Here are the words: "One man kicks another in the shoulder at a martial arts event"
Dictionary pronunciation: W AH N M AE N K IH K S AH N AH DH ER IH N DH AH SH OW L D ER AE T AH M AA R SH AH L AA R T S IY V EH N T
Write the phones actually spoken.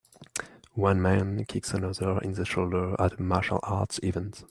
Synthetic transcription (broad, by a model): W AH N M AE N K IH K S AH N AH DH ER IH N DH AH SH OW L D ER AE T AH M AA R SH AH L AA R T S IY V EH N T